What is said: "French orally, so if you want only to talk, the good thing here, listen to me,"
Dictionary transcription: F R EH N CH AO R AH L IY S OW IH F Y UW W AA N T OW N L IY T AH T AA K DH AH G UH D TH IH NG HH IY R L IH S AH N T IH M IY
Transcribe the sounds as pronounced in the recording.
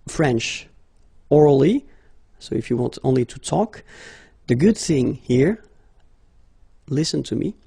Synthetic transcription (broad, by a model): F R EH N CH AO R L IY S OW IH F Y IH W AA N T OW N L IY T AH T AA K DH AH G UH D TH IH NG HH IY R L IH S AH N T IH M IY